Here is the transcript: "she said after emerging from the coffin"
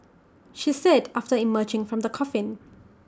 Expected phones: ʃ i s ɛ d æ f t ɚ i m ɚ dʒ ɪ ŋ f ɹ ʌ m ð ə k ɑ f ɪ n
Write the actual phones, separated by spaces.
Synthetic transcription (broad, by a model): ʃ i s ɛ d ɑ f t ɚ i m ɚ dʒ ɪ ŋ f ɹ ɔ m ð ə k ɑ f ɪ n